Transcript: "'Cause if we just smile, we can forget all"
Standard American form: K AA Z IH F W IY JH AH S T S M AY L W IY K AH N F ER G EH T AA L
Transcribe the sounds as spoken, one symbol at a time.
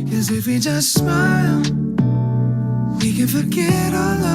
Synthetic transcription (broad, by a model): K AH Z IH F W IY JH AH S T S M AY L W IY K AH N F ER G EH T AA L